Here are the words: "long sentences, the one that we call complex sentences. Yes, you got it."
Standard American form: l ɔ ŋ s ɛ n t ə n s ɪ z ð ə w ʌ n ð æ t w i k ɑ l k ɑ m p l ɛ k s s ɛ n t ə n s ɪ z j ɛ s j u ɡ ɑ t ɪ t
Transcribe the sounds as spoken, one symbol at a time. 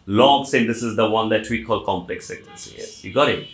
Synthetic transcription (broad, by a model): l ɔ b s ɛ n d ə s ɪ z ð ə w ʌ n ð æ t w i k ɑ l k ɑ m p l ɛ k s s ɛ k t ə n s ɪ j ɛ j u ɡ ɑ t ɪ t